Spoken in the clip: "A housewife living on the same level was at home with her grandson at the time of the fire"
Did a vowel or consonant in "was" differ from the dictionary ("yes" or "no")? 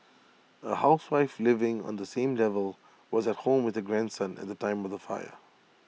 no